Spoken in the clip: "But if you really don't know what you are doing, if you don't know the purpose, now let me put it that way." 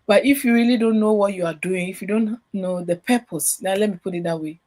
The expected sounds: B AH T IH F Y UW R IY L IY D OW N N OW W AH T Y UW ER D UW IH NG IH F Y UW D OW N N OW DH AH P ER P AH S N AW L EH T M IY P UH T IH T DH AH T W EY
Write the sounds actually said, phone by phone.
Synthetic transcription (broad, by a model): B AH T IH F Y UW R IY L IY D OW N N OW W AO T Y UW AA D UW IH NG IH F Y UW D OW N N OW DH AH P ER P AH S L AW L EH T M IY P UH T IH T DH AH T W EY